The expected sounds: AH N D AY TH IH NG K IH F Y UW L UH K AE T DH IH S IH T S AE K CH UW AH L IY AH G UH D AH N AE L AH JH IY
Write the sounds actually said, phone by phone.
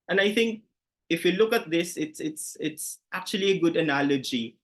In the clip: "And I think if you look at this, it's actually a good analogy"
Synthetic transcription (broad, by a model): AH N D AY TH IH NG K IH F Y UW L UH K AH T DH IH S IH T S AE K CH UW AH L IY AH G UH D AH N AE L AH JH IY